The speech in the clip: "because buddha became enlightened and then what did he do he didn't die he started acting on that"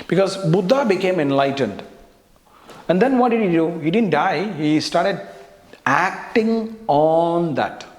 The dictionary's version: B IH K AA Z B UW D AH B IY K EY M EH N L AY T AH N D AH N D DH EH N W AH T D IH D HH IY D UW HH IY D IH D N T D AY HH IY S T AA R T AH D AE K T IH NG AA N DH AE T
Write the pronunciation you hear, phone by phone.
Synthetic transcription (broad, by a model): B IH K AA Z B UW D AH B IY K EY M EH N L AY T AH N D AH N D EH N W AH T D IH D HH IY D UW HH IY D IH D N T D AY HH IY S T AA R T AH D AE K T IH NG AA N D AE T